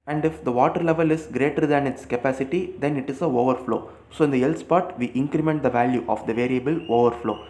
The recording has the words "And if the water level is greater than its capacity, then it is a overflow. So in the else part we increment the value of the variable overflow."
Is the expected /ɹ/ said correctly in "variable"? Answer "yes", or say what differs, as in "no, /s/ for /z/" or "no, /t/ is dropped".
yes